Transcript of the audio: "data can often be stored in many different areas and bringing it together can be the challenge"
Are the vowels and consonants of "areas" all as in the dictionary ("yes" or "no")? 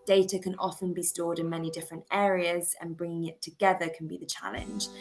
yes